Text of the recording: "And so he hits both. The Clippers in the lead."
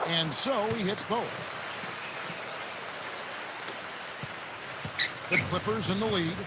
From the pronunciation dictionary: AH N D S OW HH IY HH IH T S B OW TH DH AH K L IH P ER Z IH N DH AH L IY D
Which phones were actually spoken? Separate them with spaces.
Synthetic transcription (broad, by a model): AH N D S OW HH IY HH IH T S B OW TH DH AH K L IH P ER Z IH N DH AH L IY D